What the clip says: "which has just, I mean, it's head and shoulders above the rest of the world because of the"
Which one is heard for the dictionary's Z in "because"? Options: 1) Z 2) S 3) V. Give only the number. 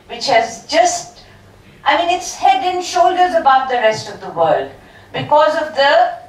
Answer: 1